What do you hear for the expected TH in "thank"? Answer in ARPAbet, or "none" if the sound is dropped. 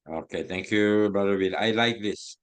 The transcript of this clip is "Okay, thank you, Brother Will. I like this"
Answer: T